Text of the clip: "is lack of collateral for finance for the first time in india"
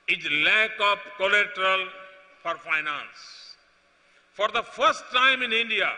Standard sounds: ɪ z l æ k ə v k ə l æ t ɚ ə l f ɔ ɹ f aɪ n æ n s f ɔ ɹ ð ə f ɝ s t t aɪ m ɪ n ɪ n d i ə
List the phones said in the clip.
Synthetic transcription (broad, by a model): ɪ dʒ l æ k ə p k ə l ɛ t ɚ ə l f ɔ ɹ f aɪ n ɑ n s f ɔ ɹ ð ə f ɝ s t t aɪ m ɪ n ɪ n d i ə